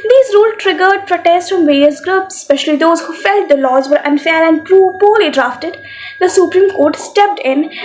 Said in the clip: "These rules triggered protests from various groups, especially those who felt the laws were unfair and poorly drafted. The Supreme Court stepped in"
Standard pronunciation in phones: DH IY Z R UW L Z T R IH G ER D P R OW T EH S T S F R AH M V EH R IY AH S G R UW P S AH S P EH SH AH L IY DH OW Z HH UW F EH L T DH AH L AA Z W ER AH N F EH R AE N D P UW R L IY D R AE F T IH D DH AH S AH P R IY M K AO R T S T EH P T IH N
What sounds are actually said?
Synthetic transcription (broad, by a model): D IY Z R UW L T R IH G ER D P R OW T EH S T F R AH M V EH R IY AH S G R UW P S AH S P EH SH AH L IY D OW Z HH UW F EH L T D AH L AA Z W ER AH N F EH R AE N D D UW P L IY D R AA F T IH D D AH S AH P R IY M K AO R T S T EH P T IH N